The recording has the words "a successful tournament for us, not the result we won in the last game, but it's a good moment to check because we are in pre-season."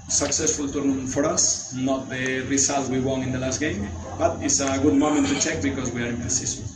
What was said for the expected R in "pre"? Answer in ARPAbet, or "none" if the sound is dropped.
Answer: none